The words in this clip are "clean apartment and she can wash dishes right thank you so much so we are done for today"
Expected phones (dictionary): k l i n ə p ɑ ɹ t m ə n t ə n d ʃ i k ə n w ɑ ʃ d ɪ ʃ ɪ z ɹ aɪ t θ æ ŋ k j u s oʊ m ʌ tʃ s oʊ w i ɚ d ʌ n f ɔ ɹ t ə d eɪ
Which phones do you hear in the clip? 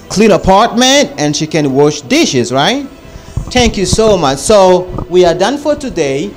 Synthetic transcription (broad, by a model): k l i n ə p ɑ ɹ t m ə n t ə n ʃ i k ə n w ɑ ʃ d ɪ ʃ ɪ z ɹ aɪ t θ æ ŋ k j u s oʊ m ʌ tʃ s oʊ w i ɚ d ʌ n f ɔ ɹ t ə d eɪ